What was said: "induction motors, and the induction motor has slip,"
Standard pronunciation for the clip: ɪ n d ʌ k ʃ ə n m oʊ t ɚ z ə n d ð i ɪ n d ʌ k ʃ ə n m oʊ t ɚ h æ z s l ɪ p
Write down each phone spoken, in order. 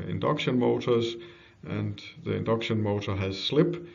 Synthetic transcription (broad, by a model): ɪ n d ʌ k ʃ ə n m oʊ t ɚ z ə n ð i ɪ n d ʌ k ʃ ə n m oʊ t ɚ h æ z s l ɪ p